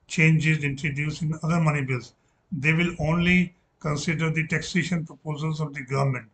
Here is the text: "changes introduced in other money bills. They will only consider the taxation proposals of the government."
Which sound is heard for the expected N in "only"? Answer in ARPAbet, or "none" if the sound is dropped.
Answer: N